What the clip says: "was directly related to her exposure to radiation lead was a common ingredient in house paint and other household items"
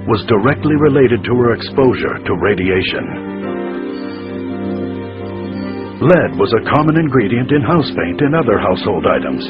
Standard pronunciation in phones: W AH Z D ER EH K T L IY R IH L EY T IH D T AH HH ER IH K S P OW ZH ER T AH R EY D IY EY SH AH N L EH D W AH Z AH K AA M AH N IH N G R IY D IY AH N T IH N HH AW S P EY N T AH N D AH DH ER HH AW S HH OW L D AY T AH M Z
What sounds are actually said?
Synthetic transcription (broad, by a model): W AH Z D ER EH K T L IY R IH L EY T IH D T AH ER IH K S P OW ZH ER T AH R EY D IY EY SH AH N L EH D W AH Z AH K AA M AH N IH N G R IY D IY AH N T IH N HH AW S P EY N T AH N AH DH ER HH AW S HH OW L D AY T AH M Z